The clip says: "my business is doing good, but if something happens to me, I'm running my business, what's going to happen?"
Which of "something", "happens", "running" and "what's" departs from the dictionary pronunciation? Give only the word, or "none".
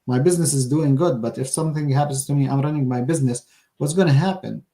none